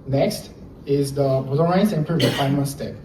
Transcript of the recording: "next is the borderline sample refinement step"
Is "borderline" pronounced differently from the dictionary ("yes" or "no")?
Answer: yes